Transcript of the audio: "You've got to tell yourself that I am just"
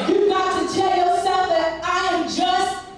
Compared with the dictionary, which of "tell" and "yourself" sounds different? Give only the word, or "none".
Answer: yourself